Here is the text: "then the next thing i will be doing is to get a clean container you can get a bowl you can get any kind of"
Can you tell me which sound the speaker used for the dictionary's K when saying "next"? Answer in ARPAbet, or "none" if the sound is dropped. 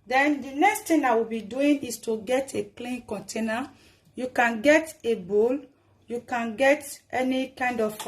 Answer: K